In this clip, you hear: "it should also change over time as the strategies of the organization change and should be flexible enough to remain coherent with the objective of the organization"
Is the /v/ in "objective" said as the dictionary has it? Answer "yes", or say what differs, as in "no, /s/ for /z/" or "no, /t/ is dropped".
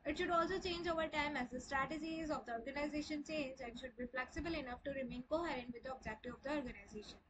no, /v/ is dropped